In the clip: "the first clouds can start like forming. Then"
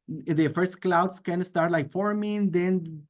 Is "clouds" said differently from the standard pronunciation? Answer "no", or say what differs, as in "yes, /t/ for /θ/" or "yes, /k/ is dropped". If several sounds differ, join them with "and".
yes, /s/ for /z/